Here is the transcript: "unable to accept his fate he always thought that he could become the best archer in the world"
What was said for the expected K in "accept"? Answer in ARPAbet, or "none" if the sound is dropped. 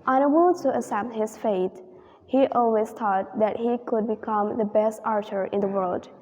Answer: none